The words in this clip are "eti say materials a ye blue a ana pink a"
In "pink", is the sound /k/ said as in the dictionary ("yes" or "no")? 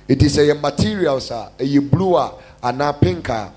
yes